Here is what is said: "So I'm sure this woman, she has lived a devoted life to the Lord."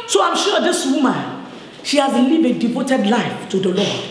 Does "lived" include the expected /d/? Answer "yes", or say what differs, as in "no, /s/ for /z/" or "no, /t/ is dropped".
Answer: no, /d/ is dropped